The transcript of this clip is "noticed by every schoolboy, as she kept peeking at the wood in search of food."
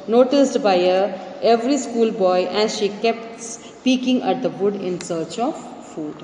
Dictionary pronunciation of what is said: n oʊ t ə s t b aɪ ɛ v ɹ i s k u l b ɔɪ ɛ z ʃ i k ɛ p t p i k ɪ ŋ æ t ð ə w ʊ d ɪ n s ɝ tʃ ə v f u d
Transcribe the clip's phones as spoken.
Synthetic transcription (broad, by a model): n oʊ t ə s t b aɪ ɛ v ɹ i s k u l b ɔɪ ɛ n ʃ i k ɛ p t p i k ɪ ŋ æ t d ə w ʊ d ɪ n s ɝ tʃ ə v f u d